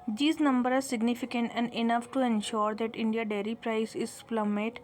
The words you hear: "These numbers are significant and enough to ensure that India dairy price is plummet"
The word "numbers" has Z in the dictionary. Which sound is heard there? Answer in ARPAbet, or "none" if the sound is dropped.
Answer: none